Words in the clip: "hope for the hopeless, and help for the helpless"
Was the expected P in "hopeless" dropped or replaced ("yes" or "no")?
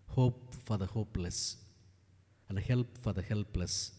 no